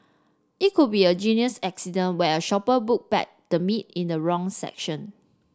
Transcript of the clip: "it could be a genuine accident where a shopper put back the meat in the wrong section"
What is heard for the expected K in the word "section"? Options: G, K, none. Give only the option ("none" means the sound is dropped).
K